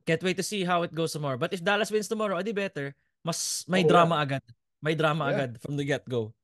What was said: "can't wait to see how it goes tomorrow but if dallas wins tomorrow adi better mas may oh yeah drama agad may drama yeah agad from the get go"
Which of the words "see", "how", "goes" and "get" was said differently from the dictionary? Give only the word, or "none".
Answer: goes